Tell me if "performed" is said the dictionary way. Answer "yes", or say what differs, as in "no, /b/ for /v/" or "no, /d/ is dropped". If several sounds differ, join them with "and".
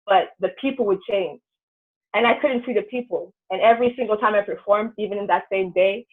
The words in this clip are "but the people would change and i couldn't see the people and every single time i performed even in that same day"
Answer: yes